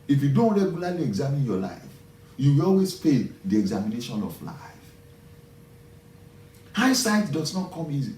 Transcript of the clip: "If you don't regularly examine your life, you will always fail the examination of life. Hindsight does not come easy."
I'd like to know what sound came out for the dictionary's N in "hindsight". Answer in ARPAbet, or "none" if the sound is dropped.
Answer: none